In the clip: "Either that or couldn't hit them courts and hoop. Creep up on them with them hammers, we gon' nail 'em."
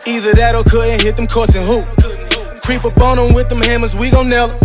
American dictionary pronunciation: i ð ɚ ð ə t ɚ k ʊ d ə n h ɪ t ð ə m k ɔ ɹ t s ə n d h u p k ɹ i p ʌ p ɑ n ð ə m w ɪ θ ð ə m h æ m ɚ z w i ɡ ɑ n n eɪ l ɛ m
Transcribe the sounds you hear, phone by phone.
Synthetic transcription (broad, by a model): i ð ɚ ð ə t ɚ k ʊ d ə n h ɪ t ð ə m k ɔ ɹ t s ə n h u k ɹ i p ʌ b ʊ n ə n w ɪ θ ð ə m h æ m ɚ z w i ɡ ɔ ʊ n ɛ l